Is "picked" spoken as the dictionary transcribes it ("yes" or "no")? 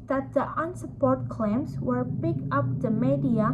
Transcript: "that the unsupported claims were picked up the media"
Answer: no